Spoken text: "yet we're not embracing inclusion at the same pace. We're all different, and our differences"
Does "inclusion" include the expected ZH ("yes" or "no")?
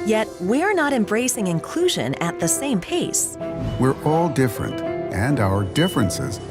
yes